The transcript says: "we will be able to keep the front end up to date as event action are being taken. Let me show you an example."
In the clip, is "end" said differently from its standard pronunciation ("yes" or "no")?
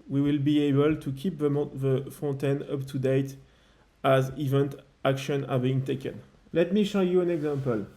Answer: yes